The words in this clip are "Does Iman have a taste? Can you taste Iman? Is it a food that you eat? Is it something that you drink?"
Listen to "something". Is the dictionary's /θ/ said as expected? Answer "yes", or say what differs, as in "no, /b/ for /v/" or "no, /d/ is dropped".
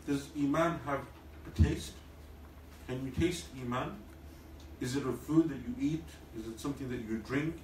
yes